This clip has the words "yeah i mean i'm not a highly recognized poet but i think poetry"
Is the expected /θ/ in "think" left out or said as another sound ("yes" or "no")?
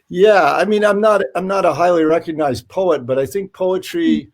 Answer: no